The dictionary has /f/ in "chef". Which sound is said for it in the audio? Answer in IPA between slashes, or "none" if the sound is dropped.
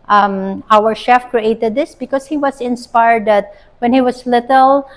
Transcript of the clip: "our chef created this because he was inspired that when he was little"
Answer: /f/